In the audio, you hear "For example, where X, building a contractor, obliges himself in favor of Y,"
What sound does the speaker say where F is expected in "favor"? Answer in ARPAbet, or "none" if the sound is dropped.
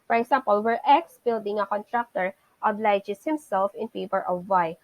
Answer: P